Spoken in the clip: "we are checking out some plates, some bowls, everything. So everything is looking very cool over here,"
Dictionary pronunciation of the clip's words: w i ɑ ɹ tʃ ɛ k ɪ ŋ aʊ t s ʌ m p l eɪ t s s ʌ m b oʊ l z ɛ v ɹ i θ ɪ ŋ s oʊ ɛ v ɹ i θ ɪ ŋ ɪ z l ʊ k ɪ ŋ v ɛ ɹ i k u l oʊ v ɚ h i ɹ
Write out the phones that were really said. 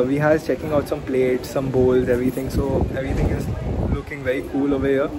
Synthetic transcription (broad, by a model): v i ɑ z tʃ ɛ k ɪ ŋ aʊ t s ʌ m p l eɪ t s s ʌ m b oʊ l z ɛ v ɹ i t ɪ ŋ s oʊ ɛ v ɹ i t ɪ ŋ ɪ z l ʊ k ɪ ŋ v ɛ ɹ i k u l oʊ v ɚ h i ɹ